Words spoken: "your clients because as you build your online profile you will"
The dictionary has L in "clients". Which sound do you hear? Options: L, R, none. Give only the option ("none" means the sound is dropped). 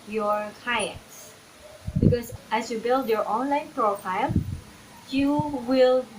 none